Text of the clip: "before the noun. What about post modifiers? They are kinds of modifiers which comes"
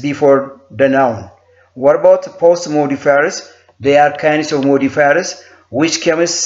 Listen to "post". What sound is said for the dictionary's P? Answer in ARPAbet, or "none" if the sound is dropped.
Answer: P